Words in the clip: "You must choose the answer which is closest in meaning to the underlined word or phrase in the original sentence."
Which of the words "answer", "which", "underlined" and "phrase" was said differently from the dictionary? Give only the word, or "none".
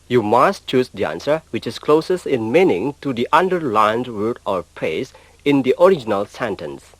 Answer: phrase